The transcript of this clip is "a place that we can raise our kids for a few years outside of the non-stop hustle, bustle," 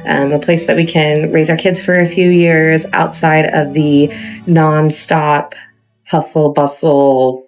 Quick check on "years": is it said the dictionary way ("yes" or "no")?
yes